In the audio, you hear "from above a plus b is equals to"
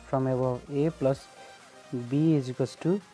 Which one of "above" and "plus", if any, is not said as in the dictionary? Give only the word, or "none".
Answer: above